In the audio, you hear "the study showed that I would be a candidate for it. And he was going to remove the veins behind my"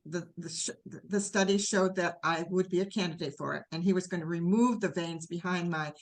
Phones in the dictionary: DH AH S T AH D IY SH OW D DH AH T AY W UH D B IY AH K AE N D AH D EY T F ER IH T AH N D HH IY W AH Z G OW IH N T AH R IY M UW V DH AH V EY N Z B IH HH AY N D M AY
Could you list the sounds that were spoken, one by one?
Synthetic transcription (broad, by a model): DH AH S T AH D IY SH OW D DH AH T AY W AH D B IY AH K AE N D AH D EY T F ER IH T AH N IY W AH Z G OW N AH R IY M UW V DH AH V EY N Z B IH HH AY N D M AY